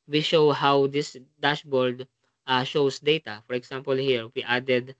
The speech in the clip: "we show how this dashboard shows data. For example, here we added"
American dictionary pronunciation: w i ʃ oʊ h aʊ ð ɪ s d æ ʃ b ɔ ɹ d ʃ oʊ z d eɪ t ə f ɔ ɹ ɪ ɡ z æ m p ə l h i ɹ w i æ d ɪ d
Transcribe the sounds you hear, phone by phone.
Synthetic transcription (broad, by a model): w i ʃ oʊ h aʊ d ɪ s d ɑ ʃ b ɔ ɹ d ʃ oʊ s d eɪ t ə f ɔ ɹ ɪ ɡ s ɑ m p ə l h i ɹ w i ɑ d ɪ d